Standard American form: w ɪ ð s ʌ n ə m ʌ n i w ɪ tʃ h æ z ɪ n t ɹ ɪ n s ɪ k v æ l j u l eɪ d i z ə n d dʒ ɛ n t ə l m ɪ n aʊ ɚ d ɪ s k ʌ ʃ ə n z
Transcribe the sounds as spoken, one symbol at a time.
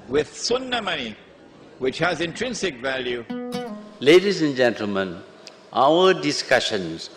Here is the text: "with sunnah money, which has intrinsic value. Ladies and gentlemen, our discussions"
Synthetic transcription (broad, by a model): w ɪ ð s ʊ n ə m ʌ n i w ɪ tʃ h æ z ɪ n t ɹ ɪ n s ɪ k v æ l j u l eɪ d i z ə n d dʒ ɛ n t ə l m ɪ n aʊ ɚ d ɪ s k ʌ ʃ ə n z